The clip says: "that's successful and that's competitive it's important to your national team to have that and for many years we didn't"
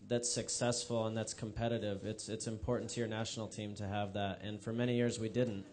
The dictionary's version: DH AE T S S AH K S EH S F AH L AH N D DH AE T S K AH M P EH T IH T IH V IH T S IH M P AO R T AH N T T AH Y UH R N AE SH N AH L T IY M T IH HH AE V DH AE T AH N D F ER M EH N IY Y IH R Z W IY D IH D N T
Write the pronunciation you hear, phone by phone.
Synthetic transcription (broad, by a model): DH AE T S S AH K S EH S F L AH N DH AE T S K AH M P EH T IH T IH V IH T S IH M P AO R T N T T AH R N AE SH N L T IY M T IH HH V DH AE T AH N F ER M EH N IY Y IH R Z W IY D IH D N T